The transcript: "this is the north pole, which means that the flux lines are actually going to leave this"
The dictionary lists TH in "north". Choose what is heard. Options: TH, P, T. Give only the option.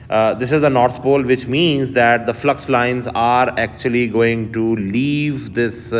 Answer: T